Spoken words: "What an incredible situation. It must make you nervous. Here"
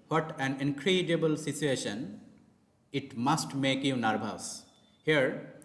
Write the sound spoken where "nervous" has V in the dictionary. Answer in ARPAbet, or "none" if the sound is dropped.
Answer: B